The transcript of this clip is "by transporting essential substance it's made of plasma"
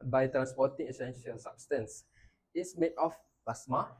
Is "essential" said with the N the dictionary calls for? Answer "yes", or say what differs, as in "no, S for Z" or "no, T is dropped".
yes